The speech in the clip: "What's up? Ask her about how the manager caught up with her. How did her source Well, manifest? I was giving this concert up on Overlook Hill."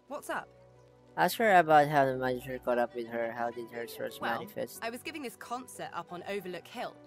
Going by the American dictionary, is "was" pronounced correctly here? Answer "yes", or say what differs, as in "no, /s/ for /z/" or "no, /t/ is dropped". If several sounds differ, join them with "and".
yes